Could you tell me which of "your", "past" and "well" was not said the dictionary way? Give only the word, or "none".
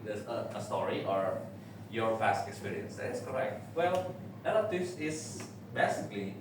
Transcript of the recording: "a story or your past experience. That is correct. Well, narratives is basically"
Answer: past